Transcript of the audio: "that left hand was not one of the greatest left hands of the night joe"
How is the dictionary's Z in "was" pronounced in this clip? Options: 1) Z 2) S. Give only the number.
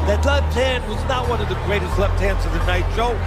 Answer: 1